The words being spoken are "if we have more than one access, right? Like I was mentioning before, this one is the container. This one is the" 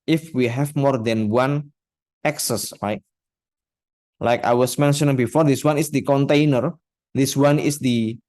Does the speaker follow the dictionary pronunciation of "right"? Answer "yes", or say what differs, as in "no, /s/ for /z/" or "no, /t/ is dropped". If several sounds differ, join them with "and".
no, /l/ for /ɹ/